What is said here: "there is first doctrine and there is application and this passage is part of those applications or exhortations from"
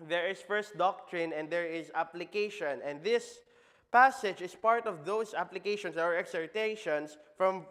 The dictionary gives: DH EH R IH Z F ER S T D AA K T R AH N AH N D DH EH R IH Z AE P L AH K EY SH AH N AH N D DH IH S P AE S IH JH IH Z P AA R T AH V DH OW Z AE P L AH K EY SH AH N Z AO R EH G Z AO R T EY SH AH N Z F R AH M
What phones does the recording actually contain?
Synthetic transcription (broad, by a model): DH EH R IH S F ER S T D AA K T R AH N AH N D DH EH R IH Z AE P L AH K EY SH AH N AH N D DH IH S P AE S IH JH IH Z P AA R T AH V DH OW S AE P L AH K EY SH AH N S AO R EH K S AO R T EY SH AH N S F R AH M